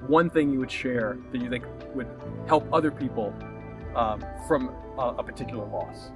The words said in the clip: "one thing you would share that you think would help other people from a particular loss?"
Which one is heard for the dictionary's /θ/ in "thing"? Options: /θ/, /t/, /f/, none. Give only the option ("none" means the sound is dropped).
/θ/